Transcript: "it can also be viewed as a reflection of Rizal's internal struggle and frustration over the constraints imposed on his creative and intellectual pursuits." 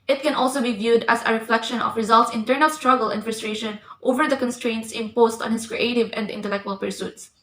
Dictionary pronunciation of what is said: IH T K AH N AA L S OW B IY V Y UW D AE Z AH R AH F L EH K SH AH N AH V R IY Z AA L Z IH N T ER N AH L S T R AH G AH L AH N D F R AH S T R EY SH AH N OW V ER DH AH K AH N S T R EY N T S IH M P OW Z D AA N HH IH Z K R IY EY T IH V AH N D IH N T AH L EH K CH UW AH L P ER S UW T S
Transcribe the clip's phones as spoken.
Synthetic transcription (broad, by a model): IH T K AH N AA L S OW B IY V Y UW D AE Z AH R AH F L EH K SH AH N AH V R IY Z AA L S IH N T ER N AH L S T R AH G AH L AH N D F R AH S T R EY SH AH N OW V ER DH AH K AH N S T R EY N T S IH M P OW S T AA N HH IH S K R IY EY T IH V AH N D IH N T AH L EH K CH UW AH L P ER S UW T S